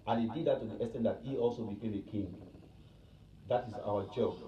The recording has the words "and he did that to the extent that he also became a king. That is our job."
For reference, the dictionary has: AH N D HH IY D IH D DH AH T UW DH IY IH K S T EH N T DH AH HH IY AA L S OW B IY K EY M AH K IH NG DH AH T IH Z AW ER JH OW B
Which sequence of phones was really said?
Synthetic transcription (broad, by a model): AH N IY D IH D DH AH T UW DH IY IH S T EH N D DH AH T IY AA L S OW B IY K EY M AH K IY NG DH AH T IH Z AW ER JH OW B